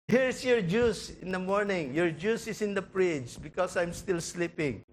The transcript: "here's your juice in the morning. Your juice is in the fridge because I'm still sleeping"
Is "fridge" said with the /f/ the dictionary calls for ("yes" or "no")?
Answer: no